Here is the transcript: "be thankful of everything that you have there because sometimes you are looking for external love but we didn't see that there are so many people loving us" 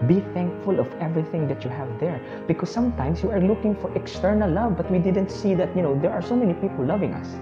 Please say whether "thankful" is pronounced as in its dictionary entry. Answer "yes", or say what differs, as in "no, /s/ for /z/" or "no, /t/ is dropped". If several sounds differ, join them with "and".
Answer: yes